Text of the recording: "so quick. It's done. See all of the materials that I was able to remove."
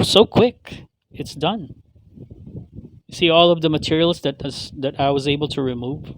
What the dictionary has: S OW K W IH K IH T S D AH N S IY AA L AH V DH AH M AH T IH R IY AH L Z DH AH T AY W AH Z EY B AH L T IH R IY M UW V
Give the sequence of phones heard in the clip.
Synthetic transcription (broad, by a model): S OW K W IH K IH T S D AH N S IY AA L AH V DH AH M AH T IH R IY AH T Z DH AH T AY W AH Z EY B L T IH R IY M UW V